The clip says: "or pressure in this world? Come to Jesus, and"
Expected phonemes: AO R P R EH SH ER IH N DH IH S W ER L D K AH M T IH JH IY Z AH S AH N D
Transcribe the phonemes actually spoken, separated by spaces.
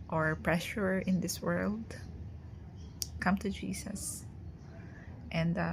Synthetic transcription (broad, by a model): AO R P R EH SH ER IH N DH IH S W ER L D K AH M T IH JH IY S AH S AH N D